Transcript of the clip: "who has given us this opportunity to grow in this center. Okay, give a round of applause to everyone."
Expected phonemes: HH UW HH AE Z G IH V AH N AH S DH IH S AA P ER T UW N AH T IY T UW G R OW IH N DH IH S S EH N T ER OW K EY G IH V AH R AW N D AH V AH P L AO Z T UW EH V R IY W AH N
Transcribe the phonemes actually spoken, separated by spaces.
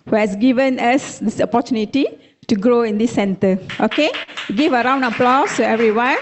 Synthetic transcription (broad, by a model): HH UW HH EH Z G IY V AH N AH S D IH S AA P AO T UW N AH T IY T UW G R OW IH N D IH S S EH N T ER OW K EY G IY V AH R AW N D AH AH P L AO S T UW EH V R IY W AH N